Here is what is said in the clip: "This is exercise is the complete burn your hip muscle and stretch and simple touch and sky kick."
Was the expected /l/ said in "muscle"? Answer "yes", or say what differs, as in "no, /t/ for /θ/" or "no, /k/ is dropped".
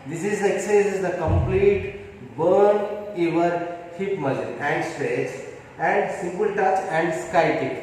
no, /n/ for /l/